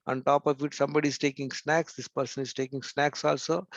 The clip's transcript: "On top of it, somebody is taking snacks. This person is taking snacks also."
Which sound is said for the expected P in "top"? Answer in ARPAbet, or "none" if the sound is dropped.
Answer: P